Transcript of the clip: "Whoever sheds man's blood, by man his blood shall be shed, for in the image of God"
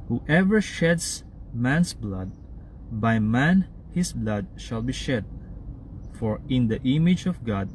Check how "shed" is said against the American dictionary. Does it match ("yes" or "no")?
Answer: yes